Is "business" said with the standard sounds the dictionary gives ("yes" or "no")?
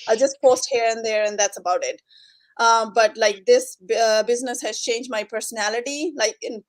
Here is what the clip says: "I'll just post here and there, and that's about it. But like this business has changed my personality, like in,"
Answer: yes